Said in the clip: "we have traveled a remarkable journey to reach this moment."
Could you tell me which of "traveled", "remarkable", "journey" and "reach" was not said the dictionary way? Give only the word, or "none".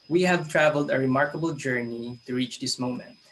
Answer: none